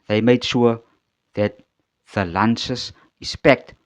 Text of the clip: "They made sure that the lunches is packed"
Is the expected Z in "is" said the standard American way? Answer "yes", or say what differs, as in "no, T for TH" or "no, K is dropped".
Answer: no, S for Z